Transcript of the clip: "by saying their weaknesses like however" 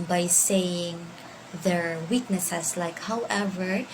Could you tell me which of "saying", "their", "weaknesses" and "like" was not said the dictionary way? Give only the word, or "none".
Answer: weaknesses